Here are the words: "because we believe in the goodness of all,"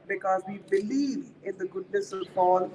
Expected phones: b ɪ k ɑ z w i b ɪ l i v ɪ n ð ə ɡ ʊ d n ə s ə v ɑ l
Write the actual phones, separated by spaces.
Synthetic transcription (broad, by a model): b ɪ k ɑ z w i b ɪ l i v ɪ n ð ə ɡ ʊ d n ə s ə p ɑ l